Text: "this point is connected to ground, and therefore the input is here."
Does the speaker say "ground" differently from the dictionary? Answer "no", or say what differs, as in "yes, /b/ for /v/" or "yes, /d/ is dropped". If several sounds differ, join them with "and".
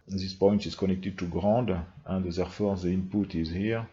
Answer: yes, /n/ is dropped